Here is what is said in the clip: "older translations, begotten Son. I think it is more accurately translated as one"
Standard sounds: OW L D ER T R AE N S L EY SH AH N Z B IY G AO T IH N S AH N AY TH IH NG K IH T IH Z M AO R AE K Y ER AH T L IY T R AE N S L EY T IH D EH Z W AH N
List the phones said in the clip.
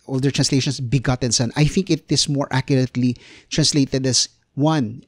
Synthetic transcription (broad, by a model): OW L D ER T R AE N S L EY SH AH N S B IY G AO T IH N S AH N AY TH IH NG K IH T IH S M AO R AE K Y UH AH T L IY T R AE N S L EY T IH D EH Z W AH N